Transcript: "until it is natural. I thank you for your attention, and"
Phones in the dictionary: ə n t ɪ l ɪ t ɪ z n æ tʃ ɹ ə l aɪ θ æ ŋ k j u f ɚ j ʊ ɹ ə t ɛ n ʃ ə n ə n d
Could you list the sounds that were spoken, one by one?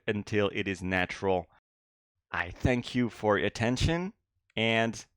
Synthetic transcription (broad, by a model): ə n t ɪ l ɪ t ɪ z n æ tʃ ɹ l aɪ θ æ ŋ k j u f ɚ ɹ ə t ɛ n ʃ ə n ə n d